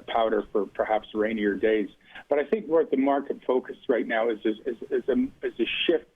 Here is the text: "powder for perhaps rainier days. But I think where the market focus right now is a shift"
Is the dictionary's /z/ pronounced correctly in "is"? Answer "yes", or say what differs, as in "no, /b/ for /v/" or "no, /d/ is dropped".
yes